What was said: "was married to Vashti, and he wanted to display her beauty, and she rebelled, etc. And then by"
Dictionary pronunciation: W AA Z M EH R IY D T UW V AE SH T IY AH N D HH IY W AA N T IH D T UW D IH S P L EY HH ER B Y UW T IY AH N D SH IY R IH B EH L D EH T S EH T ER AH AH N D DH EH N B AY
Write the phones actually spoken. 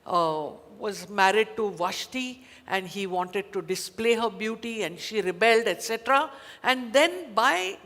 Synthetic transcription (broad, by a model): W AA Z M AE R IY D T UW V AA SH T IY AH N D HH IY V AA N T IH D T UW D IH S P L EY HH ER B Y UW T IY AH N D SH IY R IH B EH L D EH T S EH T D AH AH N D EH N B AY